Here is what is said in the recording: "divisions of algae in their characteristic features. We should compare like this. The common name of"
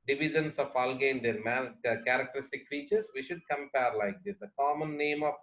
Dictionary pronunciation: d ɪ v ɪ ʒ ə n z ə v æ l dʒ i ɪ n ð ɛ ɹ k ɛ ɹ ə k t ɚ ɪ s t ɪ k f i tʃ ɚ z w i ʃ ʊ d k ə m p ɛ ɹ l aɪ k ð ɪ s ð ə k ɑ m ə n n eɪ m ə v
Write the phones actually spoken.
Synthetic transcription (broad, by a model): d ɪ v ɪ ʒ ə n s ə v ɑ l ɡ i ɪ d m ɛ l k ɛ ɹ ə k t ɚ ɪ s t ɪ k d i tʃ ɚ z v i ʃ ʊ d k ə m p ɛ ɹ l aɪ k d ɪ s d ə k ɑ m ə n n eɪ m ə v